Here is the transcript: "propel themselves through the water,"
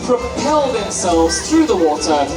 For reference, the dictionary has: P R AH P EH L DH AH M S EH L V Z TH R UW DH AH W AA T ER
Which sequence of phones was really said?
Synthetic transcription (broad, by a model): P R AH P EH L DH AH M S EH L V Z TH R UW DH AH W AA T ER